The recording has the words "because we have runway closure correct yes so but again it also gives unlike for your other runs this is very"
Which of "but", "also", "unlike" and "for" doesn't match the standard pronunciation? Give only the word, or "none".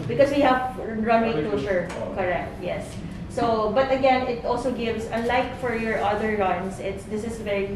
unlike